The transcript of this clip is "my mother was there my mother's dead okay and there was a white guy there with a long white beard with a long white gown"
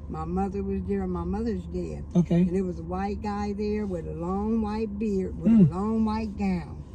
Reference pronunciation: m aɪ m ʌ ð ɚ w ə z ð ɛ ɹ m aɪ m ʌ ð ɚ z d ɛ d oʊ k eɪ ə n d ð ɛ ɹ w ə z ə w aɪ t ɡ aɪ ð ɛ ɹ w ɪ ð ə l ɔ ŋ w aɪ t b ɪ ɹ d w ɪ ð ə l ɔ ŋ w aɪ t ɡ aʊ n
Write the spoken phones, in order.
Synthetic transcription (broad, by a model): m aɪ m ʌ ð ɚ w ə z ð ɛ ɹ m aɪ m ʌ ð ɚ z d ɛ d oʊ k eɪ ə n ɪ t w ə z ə w aɪ t ɡ aɪ ð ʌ ɹ w ɪ ð ə l ɔ ŋ w aɪ t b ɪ ɹ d w ɪ ð ə l ɔ ŋ w aɪ t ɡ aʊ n